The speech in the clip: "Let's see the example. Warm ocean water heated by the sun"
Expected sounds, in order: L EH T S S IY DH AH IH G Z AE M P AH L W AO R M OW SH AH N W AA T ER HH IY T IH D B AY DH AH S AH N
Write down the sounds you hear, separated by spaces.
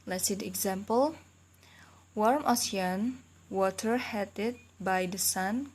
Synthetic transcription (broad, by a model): L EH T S S IY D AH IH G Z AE M P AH L W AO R M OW S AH N W AA T ER HH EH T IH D B AY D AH S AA N